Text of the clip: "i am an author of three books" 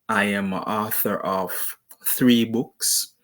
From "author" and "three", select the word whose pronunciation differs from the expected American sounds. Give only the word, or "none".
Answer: none